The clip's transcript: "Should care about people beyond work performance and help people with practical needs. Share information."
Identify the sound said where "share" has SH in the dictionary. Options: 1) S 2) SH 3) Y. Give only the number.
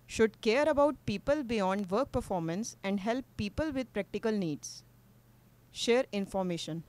2